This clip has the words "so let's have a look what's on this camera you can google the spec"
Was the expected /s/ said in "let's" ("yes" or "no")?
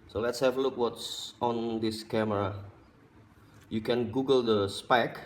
yes